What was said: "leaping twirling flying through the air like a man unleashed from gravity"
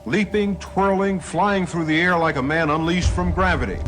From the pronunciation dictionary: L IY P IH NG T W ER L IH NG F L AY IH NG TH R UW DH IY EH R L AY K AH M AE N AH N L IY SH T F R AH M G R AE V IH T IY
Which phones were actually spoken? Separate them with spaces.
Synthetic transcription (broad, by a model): L IY P IH NG T W ER L IH NG F L AY IH NG TH R UW DH IY EH R L AY K AH M AE N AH N L IY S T F R AH M G R AE V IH T IY